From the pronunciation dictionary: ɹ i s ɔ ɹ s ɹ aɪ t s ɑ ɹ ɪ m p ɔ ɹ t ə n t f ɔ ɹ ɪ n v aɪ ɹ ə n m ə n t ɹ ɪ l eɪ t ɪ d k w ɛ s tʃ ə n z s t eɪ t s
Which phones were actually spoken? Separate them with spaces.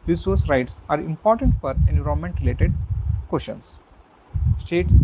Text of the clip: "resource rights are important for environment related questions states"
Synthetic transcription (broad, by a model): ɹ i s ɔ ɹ s ɹ aɪ t s ɑ ɹ ɪ m p ɔ ɹ t ə n t f ɔ ɹ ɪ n u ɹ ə m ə n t ɹ ɪ l eɪ t ɪ d k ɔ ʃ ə n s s t eɪ t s